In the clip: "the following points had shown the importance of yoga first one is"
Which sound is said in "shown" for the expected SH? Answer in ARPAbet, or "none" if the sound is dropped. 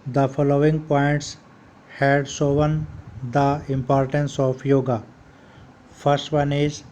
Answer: S